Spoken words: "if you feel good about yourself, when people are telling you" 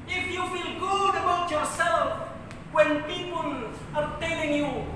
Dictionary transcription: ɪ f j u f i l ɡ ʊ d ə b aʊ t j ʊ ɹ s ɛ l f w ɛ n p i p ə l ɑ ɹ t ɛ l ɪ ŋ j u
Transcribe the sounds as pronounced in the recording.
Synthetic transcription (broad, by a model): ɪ f j u f i l ɡ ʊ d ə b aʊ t j ʊ ɹ s ɛ l f w ɛ n p i p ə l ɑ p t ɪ n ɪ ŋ j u